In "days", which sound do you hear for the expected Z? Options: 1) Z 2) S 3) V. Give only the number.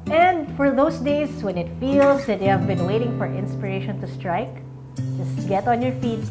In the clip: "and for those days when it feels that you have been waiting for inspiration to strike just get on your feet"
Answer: 2